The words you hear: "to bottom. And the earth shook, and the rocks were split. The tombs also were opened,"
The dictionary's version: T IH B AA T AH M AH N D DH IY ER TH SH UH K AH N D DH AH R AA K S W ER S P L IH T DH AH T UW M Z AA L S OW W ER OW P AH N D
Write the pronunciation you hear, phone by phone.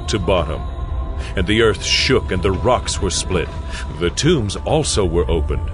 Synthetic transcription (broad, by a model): T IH B AA T AH M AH N DH IY ER TH SH UH K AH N DH AH R AA K S W ER S P L IH T DH AH T UW M Z AA L S OW W ER OW P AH N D